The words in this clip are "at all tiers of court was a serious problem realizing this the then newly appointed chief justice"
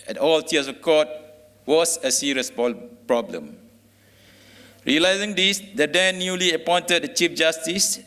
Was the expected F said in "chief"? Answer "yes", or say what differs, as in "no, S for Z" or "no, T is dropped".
yes